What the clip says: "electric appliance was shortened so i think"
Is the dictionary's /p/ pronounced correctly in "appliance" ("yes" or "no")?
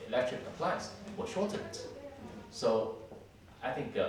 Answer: no